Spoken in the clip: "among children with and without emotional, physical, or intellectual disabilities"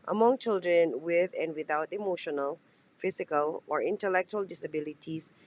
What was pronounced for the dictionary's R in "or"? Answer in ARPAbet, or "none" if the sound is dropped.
R